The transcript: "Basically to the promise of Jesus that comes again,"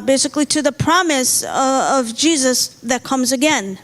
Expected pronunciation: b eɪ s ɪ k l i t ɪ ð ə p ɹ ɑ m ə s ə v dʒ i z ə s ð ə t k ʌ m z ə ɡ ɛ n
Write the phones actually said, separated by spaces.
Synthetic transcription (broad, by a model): b eɪ s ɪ k l i t ɪ ð ə p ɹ ɑ m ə s ə v dʒ i z ə s ð ə t k ʌ m z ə ɡ ɛ n